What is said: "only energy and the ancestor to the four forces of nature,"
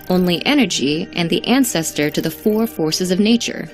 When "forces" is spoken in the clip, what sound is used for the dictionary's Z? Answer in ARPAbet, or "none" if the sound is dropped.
Z